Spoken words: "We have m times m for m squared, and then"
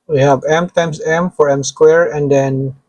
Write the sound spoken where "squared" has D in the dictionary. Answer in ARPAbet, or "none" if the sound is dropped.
none